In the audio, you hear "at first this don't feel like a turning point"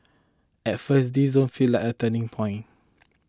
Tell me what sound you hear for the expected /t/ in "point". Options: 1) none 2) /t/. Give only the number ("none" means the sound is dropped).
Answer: 1